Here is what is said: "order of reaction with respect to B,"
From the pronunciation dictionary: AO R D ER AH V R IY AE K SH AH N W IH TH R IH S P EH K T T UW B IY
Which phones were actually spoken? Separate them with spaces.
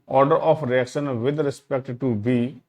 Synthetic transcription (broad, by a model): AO R D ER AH P R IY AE K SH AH N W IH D R IH S P EH K T T UW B IY